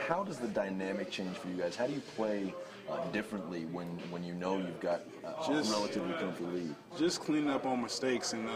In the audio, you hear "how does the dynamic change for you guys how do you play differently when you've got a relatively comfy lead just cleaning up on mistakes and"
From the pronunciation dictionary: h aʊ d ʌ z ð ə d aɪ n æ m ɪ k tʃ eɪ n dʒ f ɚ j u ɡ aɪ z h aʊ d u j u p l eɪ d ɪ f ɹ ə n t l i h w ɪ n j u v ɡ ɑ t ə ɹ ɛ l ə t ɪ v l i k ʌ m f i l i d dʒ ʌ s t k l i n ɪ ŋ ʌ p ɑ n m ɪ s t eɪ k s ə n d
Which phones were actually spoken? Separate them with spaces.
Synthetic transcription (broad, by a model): h aʊ d ʌ z ð ə d aɪ n æ m ɪ k tʃ eɪ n ʒ f ɚ j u ɡ aɪ z h aʊ d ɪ j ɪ p l eɪ d ɪ f ɹ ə n t l i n w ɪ n j u v ɡ ɑ t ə ɹ ɛ l ə t ɪ v l i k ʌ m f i l i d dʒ ʌ s k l i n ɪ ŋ ʌ p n m ɪ s t eɪ k s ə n